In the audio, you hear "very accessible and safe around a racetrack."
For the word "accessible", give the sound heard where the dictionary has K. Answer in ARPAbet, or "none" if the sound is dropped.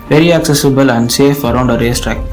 K